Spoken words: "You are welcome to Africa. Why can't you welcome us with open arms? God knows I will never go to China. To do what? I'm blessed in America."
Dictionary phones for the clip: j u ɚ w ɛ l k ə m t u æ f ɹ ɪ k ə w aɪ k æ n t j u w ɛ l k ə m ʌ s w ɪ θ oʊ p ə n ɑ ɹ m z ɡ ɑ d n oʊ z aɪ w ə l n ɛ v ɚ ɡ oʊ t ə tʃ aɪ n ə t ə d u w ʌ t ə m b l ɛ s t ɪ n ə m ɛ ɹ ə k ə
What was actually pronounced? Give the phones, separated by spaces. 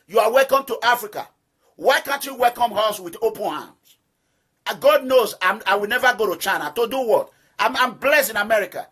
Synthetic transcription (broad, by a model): j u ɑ w ɛ l k ə m t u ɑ f ɹ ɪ k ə w aɪ k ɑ n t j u w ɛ l k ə m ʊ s w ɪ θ oʊ p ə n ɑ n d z ɡ ɑ d n oʊ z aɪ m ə w n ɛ v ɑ ɡ oʊ t ə tʃ aɪ n ə t ə d u w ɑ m ə m b l ɛ s t ɪ n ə m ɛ ɹ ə k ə